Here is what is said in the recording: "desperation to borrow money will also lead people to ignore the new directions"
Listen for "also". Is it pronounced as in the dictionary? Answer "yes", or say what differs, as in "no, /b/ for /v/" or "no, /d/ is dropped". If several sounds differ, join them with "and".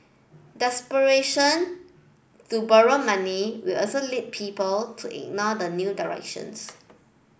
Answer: no, /l/ is dropped